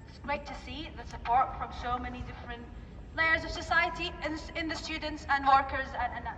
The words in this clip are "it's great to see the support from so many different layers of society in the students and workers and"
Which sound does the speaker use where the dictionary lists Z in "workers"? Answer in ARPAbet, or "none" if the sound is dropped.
Z